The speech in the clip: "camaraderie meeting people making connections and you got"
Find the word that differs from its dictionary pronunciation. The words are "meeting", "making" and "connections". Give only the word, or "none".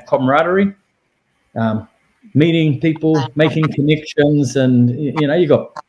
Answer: none